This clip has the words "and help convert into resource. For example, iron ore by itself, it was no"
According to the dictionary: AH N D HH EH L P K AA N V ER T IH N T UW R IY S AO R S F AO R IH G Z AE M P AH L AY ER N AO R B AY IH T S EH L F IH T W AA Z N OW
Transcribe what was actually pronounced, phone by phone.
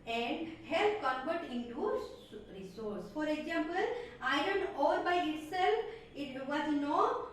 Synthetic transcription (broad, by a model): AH N D HH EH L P K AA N B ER T IH N T UW R IY S AO R S F AO R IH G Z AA M P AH L AY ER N AO R B AY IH T S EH L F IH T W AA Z N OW